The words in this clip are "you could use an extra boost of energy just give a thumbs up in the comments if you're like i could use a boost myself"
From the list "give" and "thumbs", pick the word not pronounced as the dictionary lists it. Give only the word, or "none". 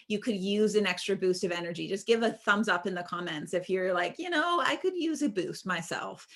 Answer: none